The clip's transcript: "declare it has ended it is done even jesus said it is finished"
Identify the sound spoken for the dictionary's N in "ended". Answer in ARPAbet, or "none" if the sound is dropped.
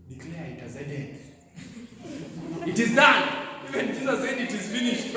none